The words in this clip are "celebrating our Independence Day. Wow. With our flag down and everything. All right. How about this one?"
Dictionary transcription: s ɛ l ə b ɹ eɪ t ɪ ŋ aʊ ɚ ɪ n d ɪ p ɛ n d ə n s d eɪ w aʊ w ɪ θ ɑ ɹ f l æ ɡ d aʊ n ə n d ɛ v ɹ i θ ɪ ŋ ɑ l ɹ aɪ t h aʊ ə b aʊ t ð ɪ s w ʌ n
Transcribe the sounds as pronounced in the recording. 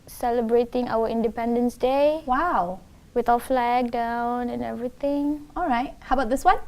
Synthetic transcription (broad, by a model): s ɛ l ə b ɹ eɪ t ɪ ŋ aʊ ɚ ɪ n d ɪ p ɛ n d ə n s d eɪ w aʊ w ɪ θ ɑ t f l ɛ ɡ d aʊ n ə n ɛ v ɹ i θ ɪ ŋ ɑ l ɹ aɪ t h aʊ ə b aʊ t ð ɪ s w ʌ n